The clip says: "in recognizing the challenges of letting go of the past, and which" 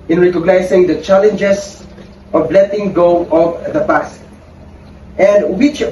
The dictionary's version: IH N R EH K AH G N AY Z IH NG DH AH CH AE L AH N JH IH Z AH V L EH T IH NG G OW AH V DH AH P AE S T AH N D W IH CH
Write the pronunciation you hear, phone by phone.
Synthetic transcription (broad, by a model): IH N R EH K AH G N AY S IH NG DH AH CH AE L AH N JH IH S AH V L EH T IH NG G OW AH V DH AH B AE S T AH N D W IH CH